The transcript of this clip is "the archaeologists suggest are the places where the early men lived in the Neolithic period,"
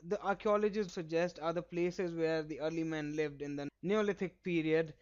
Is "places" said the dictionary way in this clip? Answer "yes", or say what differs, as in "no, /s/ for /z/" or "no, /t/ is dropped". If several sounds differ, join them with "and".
yes